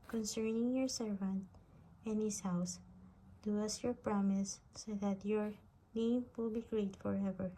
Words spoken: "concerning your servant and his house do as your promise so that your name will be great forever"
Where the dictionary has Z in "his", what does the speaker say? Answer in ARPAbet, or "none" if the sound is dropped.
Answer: S